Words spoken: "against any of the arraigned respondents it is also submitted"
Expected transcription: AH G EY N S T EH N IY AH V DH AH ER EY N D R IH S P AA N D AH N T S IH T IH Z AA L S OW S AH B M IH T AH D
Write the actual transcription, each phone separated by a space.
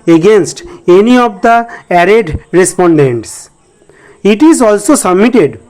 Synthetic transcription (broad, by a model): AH G EY N S T EH N IY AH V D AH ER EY D R IH S P AA N D AH N T S IH T IH Z AA L S OW S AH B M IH T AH D